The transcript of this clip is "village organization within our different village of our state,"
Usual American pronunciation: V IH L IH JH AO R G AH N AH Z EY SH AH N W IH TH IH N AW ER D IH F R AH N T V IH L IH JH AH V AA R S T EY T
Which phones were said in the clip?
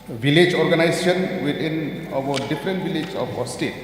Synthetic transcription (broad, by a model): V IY L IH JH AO R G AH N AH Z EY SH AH N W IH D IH N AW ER D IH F R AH N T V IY L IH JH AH P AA S T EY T